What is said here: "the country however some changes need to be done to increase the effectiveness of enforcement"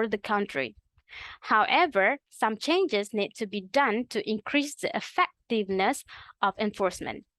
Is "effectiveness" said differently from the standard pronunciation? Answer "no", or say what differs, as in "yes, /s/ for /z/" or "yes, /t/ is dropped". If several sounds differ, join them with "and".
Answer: no